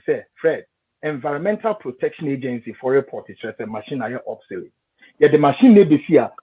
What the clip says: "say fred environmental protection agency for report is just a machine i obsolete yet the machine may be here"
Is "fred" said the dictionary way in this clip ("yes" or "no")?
yes